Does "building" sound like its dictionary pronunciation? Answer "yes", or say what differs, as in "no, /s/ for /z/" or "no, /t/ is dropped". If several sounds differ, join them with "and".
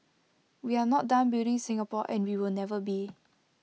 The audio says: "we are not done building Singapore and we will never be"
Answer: no, /l/ is dropped